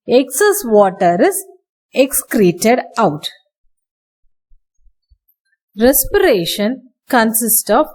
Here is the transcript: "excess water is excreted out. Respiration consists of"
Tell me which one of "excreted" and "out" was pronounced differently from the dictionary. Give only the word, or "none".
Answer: none